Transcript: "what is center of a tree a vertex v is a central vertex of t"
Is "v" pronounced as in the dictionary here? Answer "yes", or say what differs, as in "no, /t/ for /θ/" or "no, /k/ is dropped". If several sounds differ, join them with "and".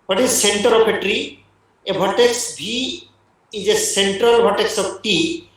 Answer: no, /b/ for /v/